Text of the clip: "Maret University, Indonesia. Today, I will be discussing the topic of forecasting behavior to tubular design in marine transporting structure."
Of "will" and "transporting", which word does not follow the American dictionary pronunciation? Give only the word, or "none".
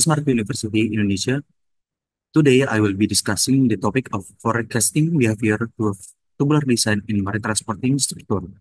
none